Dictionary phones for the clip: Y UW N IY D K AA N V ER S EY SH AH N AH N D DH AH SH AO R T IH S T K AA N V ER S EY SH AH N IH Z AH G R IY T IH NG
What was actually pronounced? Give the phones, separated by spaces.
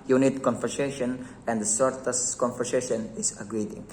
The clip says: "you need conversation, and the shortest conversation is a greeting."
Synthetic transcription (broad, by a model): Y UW N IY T K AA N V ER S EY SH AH N AH N D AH S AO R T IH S K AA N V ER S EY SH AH N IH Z AH G R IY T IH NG